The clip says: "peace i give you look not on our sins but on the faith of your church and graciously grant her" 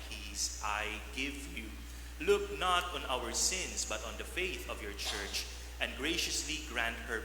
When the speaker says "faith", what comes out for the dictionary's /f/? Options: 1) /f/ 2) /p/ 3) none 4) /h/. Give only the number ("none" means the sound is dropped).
1